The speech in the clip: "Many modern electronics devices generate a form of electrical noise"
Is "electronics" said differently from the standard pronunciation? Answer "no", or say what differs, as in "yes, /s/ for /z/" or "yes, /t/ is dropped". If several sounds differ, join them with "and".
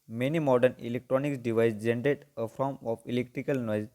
no